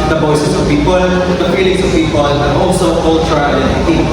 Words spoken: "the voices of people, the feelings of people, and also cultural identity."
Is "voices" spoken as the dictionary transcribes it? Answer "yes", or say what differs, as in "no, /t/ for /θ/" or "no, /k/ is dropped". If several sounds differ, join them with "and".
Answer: no, /b/ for /v/